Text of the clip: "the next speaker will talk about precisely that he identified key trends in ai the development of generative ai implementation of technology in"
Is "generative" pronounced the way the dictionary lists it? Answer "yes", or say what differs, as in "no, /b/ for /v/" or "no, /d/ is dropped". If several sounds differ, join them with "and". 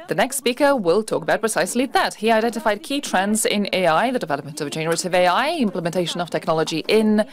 yes